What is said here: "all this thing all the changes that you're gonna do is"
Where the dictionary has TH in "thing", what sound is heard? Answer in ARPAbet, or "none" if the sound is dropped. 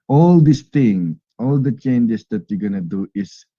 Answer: T